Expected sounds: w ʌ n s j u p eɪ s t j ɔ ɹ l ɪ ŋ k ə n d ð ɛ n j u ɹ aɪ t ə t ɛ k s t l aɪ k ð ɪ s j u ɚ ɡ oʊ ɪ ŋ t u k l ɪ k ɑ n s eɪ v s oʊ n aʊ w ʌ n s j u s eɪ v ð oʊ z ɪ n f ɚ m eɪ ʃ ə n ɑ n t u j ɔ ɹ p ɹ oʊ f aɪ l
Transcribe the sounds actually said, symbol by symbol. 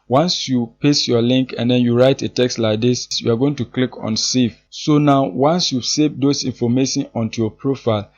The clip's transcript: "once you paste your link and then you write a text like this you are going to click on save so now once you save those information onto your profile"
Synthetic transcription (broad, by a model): w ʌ n s j u p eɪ s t j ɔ l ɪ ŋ k ə n d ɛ n j u ɹ aɪ t ə t ɛ k s t l aɪ k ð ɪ s j u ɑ ɡ oʊ ɪ ŋ t u k l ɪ k ɑ n s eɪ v s oʊ n aʊ w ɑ n s j u s eɪ v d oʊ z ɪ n f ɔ m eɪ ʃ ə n ɑ n t u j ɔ p ɹ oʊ f aɪ l